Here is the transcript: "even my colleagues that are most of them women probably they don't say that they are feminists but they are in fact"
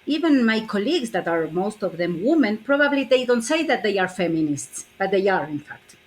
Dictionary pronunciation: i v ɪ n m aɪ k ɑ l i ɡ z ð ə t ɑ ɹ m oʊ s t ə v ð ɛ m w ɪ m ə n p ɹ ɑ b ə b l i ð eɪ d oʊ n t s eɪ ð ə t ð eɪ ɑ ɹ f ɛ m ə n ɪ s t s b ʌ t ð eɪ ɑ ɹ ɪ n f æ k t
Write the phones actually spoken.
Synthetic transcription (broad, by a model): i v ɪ n m aɪ k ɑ l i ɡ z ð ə t ɑ ɹ m oʊ s t ə v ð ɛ m w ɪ m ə n p ɹ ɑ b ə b l i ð eɪ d oʊ n t s eɪ ð ə t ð eɪ ɑ ɹ f ɛ m ə n ɪ s t s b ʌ t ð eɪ ɑ ɹ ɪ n f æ k t